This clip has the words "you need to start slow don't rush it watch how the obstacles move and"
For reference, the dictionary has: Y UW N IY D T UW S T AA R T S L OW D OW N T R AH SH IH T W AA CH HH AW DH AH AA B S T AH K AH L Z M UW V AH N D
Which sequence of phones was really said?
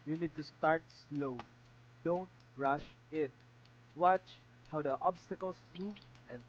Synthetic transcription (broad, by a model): Y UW N IY D T UW S T AA R T S L OW D OW N T R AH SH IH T W AA CH HH AW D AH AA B S T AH K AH L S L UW AH N